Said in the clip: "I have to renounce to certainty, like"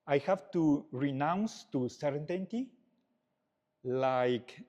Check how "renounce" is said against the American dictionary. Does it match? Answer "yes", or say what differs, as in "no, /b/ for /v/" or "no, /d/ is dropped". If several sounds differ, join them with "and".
yes